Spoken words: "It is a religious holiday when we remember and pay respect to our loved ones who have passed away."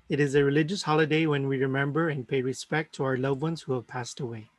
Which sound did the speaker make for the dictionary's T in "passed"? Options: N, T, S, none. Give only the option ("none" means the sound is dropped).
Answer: T